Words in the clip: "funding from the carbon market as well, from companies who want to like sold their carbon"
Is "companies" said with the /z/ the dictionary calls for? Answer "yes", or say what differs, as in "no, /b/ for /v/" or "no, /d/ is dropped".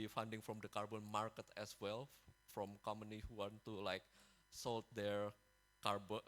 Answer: no, /z/ is dropped